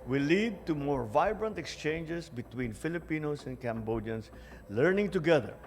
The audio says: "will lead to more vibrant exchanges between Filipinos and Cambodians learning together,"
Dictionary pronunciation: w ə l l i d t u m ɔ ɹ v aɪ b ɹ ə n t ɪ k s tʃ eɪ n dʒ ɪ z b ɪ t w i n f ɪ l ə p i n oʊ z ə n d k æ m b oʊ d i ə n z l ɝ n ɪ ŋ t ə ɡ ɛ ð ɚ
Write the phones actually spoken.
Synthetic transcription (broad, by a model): w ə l l i d t u m ɔ ɹ v aɪ b ɹ ə n t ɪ k s tʃ eɪ n dʒ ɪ s b ɪ t w i n f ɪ l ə p i n oʊ s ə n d k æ m b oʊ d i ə n s l ɝ n ɪ ŋ t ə ɡ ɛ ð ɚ